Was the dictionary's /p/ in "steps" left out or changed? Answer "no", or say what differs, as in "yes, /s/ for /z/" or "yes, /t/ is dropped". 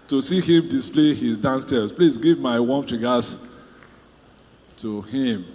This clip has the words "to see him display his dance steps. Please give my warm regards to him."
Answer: yes, /p/ is dropped